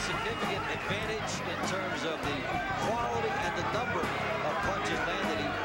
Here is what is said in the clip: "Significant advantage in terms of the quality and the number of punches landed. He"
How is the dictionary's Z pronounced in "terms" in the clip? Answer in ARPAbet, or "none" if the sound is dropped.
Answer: Z